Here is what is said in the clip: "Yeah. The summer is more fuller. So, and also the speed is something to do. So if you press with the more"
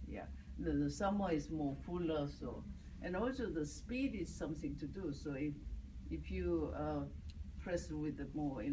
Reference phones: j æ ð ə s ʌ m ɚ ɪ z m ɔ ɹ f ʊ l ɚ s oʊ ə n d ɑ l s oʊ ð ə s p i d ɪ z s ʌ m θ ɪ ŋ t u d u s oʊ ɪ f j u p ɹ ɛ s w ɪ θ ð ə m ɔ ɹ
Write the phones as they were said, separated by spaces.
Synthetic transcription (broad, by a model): j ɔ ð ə s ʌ m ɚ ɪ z m ɔ f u l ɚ s oʊ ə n ɑ l s oʊ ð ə s p i d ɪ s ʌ m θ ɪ ŋ t u d u s oʊ ɪ f j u p ɹ ɛ s w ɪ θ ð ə m ɔ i